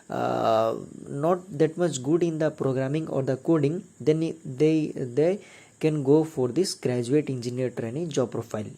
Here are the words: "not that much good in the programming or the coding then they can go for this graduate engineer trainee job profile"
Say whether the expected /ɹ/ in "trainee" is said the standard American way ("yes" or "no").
yes